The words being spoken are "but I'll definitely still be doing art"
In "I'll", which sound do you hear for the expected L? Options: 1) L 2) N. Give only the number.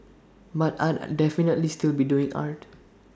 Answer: 2